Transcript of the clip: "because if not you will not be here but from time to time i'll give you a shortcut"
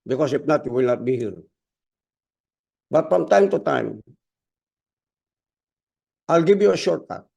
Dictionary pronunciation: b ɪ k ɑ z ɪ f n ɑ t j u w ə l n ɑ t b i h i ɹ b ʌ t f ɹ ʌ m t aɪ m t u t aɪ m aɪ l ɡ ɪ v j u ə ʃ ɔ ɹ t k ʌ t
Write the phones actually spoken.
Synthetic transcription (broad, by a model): b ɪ k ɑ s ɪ p n ɑ t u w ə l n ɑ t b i h i ɹ b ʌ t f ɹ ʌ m t aɪ m t u t aɪ m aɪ l ɡ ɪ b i ə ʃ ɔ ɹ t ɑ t